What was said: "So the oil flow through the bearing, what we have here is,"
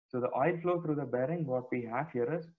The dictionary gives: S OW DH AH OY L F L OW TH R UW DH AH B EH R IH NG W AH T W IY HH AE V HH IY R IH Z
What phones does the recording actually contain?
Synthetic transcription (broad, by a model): S OW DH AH OY L F L OW T R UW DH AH B EH R IH NG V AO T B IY HH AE F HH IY R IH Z